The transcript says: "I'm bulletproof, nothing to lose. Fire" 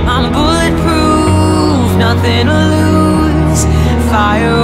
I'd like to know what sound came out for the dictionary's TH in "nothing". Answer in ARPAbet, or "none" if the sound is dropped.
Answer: TH